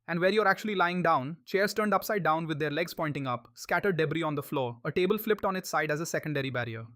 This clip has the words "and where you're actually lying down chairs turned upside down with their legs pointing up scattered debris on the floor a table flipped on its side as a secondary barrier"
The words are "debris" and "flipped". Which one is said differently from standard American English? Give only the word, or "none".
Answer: none